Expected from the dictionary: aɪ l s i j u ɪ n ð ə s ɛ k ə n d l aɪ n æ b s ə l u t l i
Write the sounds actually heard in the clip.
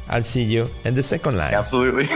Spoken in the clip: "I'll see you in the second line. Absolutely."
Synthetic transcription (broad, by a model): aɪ l s i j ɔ ɪ n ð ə s ɛ k ə n d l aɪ æ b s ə l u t l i